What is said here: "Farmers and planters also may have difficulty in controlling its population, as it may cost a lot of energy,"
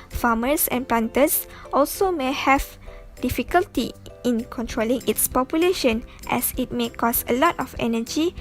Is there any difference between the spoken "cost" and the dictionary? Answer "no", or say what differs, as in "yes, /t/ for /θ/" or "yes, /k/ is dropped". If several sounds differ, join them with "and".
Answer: yes, /t/ is dropped